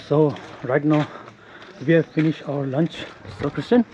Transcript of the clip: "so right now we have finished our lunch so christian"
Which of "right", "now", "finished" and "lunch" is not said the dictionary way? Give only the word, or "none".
none